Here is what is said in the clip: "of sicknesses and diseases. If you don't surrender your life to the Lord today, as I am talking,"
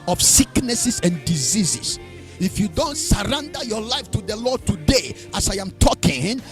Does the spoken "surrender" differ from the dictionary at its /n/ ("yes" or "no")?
no